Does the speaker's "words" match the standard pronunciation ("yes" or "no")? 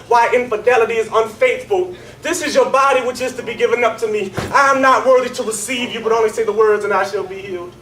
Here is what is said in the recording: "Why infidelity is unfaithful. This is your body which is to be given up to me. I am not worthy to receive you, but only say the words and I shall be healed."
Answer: yes